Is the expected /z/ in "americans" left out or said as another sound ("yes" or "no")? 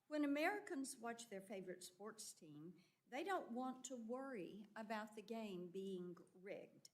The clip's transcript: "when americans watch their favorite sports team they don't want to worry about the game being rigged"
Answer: no